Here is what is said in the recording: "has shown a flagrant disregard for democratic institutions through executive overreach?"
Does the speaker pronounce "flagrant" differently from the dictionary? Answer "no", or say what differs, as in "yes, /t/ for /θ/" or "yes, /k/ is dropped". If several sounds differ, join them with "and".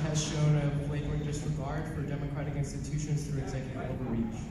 yes, /p/ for /f/